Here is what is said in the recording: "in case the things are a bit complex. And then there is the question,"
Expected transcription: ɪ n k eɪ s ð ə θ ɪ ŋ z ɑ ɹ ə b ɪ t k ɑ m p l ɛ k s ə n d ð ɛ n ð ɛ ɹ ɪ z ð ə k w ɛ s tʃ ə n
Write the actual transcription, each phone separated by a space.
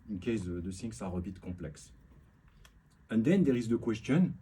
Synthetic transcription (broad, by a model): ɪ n k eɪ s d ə s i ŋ s ɑ ɹ ə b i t k ɑ p l ɛ k s ə n d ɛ n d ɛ ɹ ɪ z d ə k w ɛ s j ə n